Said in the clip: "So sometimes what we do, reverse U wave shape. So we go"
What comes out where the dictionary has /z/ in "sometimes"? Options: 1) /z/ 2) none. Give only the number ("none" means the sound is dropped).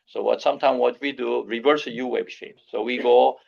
2